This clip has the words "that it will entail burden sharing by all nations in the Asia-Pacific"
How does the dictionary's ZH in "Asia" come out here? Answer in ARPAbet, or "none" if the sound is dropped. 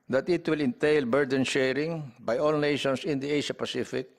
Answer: SH